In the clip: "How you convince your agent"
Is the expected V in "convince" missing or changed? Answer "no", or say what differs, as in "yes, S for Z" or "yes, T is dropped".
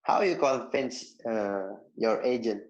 yes, F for V